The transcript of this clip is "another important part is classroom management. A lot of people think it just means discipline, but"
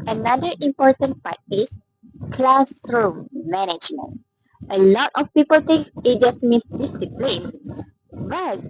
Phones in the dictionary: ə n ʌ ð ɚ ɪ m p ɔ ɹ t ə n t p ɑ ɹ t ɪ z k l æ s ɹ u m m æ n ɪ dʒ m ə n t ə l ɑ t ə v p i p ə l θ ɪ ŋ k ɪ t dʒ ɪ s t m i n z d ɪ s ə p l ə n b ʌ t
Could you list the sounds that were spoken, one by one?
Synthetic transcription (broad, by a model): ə n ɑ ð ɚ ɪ m p ɔ ɹ t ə n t p ɑ ɹ t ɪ s k l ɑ s ɹ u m m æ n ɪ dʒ m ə n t ə l ɑ t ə f p i p ə l t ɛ k ɪ t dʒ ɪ s m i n s d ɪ s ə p l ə n b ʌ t